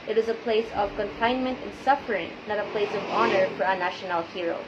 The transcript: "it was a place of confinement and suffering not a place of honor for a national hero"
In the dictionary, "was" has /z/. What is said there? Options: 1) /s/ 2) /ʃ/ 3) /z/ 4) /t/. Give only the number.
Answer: 3